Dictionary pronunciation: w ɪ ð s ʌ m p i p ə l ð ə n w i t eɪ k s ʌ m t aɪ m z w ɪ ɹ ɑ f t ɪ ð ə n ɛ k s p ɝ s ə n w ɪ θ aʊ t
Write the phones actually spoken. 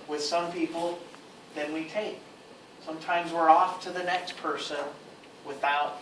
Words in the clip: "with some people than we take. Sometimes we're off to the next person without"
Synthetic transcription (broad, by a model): w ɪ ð s ʌ m p i p l ð ə n w i t eɪ k s ʌ m t aɪ m z w ɪ ɹ ɑ f t ɪ ð ə n ɛ k s p ɝ s ə n w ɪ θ aʊ t